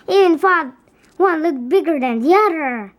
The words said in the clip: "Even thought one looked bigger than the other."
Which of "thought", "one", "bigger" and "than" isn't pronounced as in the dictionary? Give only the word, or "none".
thought